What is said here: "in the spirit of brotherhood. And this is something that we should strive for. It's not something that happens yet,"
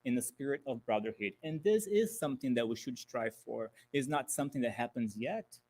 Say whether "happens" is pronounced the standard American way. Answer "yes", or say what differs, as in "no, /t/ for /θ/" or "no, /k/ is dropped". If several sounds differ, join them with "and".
yes